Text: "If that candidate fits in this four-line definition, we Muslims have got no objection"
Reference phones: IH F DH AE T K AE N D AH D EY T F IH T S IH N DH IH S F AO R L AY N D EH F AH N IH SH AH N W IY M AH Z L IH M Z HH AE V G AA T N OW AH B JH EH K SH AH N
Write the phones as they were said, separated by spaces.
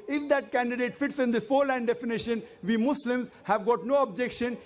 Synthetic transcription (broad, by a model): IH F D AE T K AE N D AH D EY T F IH T S IH N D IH S F AO R L AY N D EH F AH N IH SH AH N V IY M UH S L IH M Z HH AE V G AA T N OW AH B JH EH K SH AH N